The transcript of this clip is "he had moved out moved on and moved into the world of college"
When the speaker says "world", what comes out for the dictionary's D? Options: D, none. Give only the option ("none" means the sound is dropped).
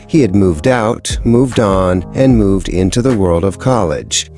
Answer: D